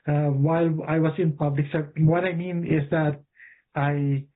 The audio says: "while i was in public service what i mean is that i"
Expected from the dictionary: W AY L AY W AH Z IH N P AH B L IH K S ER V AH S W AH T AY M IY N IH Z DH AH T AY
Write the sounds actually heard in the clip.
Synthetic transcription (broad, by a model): W AY L AY W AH S IH N P AH B L IH K S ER P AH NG W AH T AY M IY N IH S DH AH T AY